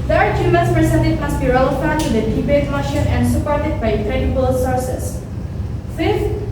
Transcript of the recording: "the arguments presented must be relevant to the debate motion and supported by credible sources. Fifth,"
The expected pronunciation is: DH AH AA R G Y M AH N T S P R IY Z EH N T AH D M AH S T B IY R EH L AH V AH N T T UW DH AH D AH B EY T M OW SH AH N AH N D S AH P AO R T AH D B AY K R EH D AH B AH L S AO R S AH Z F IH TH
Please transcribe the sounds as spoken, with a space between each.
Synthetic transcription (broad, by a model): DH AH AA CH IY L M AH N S P R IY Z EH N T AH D M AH S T B IY R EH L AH F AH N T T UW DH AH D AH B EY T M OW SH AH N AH N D S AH P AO R T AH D B AY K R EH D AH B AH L S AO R S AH S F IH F